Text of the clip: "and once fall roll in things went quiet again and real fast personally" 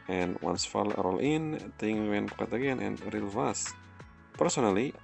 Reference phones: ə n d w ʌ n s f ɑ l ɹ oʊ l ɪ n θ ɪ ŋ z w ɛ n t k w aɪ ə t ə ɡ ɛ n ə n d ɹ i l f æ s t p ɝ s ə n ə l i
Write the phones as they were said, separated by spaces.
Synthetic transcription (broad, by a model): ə n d w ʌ n s f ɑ l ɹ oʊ l ɪ n t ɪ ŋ w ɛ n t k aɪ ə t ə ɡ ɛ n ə n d ɹ i l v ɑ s p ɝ s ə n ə l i